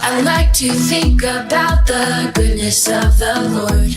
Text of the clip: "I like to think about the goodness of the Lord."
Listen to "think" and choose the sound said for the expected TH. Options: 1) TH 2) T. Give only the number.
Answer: 1